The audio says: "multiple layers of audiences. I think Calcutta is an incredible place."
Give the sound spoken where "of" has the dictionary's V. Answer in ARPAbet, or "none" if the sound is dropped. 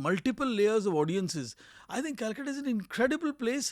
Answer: V